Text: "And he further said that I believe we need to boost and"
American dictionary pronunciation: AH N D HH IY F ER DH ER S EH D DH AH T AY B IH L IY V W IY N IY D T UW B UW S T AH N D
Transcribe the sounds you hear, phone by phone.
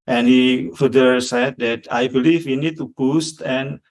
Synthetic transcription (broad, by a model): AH N HH IY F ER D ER S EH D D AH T AY B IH L IY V W IY N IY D T UW B UW S T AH N